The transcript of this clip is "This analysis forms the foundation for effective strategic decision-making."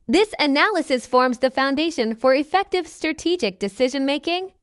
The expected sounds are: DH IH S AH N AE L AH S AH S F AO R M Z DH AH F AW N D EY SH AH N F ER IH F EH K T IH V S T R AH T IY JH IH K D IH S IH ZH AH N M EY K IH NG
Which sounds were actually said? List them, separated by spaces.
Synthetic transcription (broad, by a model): DH IH S AH N AE L AH S AH S F AO R M Z DH AH F AW N D EY SH AH N F ER IH F EH K T IH V S T R AH T IY JH IH K D IH S IH ZH AH N M EY K IH NG